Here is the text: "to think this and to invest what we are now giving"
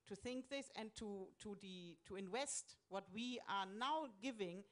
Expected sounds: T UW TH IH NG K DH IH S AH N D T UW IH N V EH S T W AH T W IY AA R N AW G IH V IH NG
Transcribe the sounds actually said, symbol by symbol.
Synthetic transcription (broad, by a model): T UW TH IH NG K DH IH S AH N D T UW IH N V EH S T W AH T W IY AA R N AW G IH V IH NG